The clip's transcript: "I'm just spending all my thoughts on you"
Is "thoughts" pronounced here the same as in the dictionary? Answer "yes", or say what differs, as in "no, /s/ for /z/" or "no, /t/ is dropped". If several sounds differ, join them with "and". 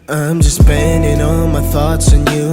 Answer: yes